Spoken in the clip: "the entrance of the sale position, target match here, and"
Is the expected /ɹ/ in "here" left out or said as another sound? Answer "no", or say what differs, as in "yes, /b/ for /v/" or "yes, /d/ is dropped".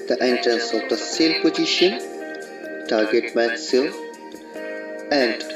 yes, /l/ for /ɹ/